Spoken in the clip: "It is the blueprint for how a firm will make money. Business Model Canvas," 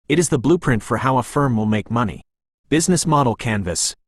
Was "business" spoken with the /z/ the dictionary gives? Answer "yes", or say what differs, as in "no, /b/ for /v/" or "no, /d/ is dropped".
yes